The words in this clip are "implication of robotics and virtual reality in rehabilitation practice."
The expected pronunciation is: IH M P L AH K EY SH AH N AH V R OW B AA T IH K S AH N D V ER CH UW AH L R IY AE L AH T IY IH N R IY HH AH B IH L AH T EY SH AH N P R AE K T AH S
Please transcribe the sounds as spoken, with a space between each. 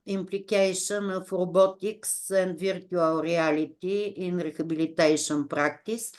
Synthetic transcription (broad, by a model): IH M P L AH K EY SH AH N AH F R OW B AA T IH K S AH N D V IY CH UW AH L R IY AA L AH T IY IH N R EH HH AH B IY L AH T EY SH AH N P R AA K T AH S